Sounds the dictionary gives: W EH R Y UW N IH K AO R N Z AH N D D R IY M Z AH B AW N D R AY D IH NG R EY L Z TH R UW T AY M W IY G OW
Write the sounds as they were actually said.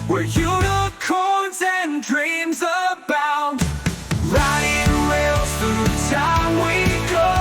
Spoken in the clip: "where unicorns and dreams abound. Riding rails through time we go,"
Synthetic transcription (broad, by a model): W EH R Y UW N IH K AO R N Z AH N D D R IY M Z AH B AW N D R AY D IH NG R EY L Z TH UW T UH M W IY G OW